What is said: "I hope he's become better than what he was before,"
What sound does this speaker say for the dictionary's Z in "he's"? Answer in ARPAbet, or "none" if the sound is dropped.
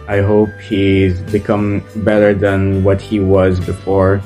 Z